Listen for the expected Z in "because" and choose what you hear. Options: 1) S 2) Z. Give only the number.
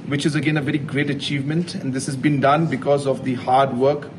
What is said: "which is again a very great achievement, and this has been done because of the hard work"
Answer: 2